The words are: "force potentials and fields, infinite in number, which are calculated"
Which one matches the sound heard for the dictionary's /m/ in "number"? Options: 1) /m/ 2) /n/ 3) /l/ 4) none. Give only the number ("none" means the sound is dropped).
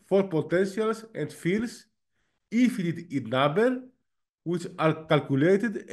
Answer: 4